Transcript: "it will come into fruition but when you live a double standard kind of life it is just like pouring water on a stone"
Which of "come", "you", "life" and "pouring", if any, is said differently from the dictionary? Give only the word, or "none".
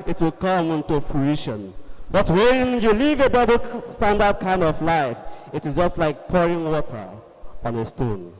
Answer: none